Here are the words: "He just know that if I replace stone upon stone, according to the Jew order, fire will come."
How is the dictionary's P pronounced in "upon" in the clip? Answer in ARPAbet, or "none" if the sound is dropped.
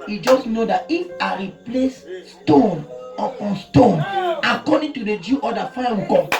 none